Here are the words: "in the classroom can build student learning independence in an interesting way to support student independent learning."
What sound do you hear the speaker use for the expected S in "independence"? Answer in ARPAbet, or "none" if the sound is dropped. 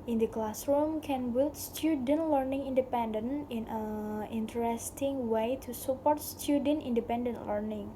none